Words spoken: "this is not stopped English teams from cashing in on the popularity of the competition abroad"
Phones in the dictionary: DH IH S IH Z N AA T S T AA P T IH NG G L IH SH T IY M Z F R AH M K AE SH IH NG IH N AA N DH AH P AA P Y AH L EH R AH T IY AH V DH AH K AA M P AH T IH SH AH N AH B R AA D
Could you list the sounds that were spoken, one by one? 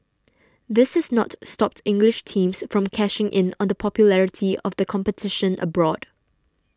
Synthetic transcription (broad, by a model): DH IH S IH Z N AA T S T AA P T IH NG G L IH SH T IY M S F R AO M K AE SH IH NG IH N AA N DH AH P AA P Y AH L EH R AH T IY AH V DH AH K AA M P AH T IH SH AH N AH B R AA D